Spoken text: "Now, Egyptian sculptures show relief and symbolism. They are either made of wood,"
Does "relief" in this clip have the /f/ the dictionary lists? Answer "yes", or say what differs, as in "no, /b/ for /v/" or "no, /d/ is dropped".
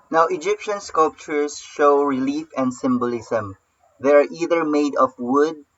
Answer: yes